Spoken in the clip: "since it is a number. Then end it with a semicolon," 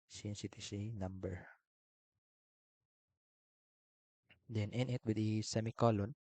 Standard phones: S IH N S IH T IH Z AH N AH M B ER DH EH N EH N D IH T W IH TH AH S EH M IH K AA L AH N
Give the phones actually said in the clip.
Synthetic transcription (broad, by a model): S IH N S IH T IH S AH N AH M B ER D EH N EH N IH T W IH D AH S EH M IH K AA L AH N